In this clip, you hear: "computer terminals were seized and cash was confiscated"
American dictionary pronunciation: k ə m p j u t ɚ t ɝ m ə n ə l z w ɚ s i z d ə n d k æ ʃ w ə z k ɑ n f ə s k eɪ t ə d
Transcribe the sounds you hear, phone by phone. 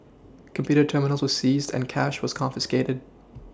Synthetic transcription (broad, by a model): k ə m p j u t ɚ t ɝ m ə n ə l z w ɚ s i z d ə n k æ ʃ w ə z k ɑ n f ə s k eɪ t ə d